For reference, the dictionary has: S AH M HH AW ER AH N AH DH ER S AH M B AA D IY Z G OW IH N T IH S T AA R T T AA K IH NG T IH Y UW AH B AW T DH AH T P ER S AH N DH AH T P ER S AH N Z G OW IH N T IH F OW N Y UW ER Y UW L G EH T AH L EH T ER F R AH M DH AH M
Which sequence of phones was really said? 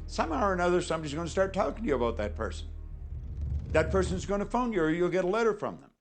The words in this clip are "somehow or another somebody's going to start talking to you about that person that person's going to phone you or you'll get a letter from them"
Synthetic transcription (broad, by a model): S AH M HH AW ER AH N AH DH ER S AH M B AA D IY Z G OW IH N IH S T AA R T T AA K IH NG T IH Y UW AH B AW T DH AH T P ER S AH N DH AH T P ER S AH N Z G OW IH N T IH F OW N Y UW ER Y UW L G EH T AH L EH T ER F R AH M DH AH M